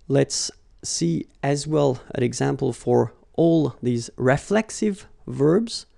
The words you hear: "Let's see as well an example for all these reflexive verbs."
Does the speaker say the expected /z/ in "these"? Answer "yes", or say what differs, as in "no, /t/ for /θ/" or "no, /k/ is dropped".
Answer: yes